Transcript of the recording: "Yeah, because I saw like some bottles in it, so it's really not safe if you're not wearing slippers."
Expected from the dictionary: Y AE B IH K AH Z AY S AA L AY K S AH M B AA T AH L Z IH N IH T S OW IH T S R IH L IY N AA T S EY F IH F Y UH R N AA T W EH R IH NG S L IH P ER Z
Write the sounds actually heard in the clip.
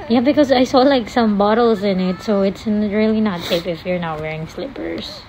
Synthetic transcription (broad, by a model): Y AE B IH K AH Z AY S AA L AY K S AH M B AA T L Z IH N IH T S OW IH T S R IH L IY N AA T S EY P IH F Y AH R N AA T W EH R IH NG S L IH P ER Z